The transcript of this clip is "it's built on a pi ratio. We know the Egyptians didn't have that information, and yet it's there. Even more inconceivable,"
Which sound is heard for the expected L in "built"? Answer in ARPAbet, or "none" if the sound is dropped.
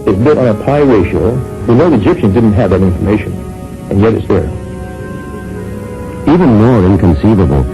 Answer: none